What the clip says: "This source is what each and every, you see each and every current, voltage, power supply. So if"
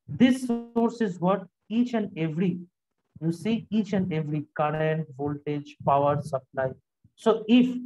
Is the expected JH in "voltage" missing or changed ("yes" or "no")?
no